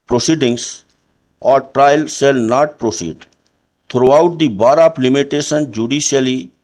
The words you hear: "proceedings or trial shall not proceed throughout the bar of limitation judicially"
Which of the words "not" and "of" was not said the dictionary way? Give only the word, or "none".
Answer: of